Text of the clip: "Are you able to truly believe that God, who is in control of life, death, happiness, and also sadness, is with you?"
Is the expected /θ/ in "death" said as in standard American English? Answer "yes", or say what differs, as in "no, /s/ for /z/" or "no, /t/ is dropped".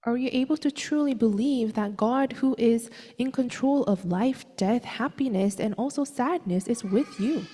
yes